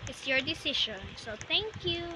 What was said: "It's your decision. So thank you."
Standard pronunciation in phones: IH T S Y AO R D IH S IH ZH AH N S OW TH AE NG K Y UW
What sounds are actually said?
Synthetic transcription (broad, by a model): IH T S Y AO R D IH S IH SH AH N S OW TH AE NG K Y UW